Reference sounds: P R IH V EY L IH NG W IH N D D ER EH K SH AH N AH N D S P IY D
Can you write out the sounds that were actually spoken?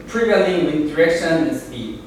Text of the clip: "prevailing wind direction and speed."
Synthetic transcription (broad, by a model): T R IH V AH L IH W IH D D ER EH K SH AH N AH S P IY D